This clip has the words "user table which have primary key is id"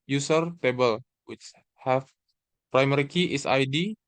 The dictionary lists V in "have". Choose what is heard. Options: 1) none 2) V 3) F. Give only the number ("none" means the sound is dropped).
3